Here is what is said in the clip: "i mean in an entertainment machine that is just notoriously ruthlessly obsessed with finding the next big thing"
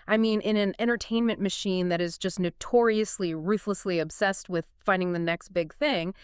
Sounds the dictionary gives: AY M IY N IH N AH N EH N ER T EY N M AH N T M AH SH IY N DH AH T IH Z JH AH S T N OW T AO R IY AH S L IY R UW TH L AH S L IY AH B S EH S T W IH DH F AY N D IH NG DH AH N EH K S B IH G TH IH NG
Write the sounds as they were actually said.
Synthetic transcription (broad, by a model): AY M IY N IH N AH N EH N ER T EY N M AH N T M AH SH IY N DH AH T IH Z JH AH S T N OW T AO R IY AH S L IY R UW TH L AH S L IY AH B S EH S T W IH DH F AY N D IH NG DH AH N EH K S B IH G TH IH NG